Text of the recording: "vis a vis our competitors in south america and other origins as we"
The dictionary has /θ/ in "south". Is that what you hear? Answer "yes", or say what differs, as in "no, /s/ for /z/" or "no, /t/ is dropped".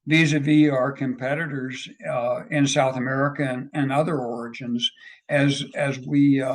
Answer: yes